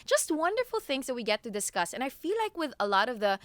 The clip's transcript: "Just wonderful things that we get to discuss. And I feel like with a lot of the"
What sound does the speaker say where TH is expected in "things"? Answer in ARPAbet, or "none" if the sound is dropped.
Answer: TH